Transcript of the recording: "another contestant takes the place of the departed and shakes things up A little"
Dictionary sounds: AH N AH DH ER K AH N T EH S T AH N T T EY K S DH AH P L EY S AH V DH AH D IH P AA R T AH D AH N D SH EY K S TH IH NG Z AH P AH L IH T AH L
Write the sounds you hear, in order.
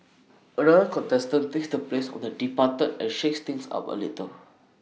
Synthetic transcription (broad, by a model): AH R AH ER K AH N T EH S T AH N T T EY K S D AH P L EY S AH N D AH D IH P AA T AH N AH N SH EY K S T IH NG S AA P AH L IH T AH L